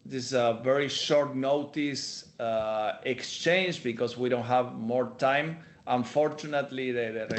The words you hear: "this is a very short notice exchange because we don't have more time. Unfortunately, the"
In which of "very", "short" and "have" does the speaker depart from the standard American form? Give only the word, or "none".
none